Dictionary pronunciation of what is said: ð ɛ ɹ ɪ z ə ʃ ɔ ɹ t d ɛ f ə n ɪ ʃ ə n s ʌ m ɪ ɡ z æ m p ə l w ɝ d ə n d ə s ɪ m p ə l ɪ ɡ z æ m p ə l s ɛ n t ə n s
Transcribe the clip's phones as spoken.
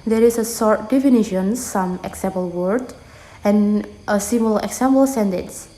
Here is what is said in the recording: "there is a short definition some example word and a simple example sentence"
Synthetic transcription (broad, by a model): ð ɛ ɹ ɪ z ə s ɔ ɹ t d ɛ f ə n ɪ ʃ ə n s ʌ m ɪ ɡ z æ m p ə l w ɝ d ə n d ə s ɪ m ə l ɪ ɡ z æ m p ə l s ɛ n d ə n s